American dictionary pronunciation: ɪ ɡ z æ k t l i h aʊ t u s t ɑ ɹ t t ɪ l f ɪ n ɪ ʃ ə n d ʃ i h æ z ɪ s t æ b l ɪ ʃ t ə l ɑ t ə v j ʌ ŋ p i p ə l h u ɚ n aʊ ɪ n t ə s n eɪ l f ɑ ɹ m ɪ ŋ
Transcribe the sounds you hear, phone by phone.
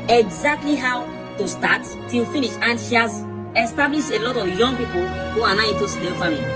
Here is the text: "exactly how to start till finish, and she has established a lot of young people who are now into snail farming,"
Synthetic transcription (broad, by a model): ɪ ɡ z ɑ k t l i h aʊ t u s t ɑ t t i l f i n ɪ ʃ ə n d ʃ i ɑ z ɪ s t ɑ b l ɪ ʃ ə l ɑ t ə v j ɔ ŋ p i p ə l h u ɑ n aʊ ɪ t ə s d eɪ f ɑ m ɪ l